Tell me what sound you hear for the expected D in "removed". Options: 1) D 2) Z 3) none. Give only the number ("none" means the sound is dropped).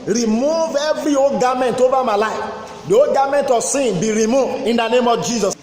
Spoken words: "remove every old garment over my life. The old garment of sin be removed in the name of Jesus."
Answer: 3